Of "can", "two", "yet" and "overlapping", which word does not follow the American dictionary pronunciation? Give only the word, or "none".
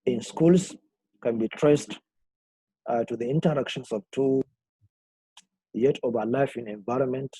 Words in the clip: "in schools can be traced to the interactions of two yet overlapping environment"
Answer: overlapping